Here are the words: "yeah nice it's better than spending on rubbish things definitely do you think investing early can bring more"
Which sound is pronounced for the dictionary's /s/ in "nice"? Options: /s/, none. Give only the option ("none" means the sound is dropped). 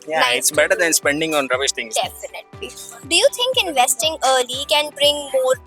none